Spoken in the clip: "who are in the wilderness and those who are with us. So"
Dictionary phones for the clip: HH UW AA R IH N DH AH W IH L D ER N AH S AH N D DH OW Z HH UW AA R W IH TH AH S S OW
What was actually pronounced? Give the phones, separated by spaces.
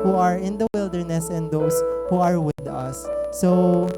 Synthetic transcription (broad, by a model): HH UW AA R IH N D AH W IH L D ER N AH S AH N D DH OW S HH UW AA R W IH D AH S S OW